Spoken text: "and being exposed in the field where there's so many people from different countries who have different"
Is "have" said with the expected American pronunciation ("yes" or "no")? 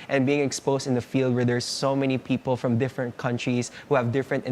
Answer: yes